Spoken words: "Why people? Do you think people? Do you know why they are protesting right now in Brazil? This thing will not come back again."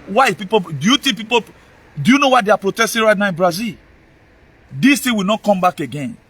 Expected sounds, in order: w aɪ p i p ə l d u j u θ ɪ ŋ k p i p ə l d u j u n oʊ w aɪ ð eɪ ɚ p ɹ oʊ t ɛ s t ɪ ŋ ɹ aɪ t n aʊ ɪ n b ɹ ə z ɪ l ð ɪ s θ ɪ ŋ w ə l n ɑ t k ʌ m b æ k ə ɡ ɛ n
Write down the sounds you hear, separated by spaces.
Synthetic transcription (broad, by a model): w aɪ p i p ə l d u j u t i p i p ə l d u j u n oʊ w aɪ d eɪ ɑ p ɹ oʊ t ɛ s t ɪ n ɹ aɪ t n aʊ ɪ n b ɹ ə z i l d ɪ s t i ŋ w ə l n ɑ t k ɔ m b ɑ k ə ɡ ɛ n